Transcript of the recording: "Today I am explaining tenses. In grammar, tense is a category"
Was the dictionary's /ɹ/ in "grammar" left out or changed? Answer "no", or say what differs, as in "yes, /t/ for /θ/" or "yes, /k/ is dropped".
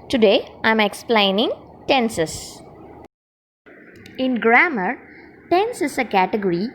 no